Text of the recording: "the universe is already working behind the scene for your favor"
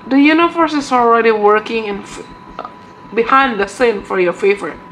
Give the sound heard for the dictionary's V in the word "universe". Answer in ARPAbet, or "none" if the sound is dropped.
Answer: F